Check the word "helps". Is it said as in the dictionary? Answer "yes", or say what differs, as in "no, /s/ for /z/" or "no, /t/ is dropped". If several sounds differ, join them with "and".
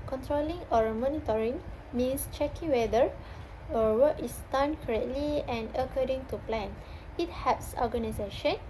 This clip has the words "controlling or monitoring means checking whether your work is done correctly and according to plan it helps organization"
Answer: no, /l/ is dropped